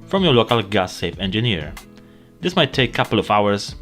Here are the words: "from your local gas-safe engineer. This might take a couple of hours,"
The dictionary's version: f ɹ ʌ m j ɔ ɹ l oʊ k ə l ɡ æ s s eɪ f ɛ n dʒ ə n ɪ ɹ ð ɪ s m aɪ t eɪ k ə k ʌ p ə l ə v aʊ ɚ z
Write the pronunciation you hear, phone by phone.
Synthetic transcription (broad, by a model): f ɹ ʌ m j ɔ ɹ l oʊ k ə l ɡ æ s s eɪ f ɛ n dʒ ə n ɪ ɹ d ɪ s m aɪ t eɪ ə k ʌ p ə l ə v aʊ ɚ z